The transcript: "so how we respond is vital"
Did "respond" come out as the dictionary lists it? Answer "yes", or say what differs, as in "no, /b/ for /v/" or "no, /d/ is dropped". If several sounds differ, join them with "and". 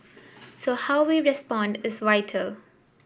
yes